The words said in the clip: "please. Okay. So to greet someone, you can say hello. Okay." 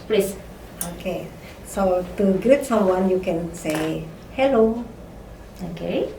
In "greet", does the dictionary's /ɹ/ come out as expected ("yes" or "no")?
no